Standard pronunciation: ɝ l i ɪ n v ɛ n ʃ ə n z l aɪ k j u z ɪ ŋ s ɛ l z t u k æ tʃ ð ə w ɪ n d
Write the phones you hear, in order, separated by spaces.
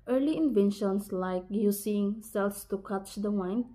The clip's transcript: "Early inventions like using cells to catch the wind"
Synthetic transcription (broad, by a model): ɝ l i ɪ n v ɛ n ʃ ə n s l aɪ k j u s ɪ ŋ s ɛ l s t u k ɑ tʃ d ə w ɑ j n